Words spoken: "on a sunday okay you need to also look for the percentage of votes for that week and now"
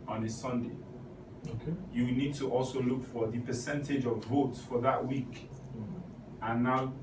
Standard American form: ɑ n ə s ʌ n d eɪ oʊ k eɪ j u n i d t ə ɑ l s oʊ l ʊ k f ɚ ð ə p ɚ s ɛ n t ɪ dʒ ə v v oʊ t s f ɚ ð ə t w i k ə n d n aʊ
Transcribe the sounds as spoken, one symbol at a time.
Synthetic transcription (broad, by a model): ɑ n ə s ʌ n d eɪ oʊ k eɪ j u n i d t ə ɑ l s oʊ l ʊ k f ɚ ð ə p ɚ s ɛ n t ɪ dʒ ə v v oʊ t s f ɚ ð ə t w i k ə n n aʊ